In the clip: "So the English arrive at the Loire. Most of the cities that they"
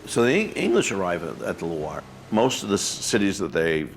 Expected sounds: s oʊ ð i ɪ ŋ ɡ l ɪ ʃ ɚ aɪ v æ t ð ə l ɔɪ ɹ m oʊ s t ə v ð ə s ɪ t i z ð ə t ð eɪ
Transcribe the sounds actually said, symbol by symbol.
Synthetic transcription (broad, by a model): s oʊ ð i ɪ ŋ ɡ l ɪ ʃ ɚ aɪ v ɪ t ð ə l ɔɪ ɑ m oʊ s t ə v ð ə s ɪ t i z ð ə t ð eɪ